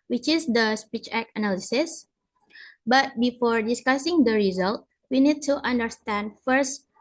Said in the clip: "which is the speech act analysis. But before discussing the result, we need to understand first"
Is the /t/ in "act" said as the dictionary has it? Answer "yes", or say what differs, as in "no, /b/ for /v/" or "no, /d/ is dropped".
no, /t/ is dropped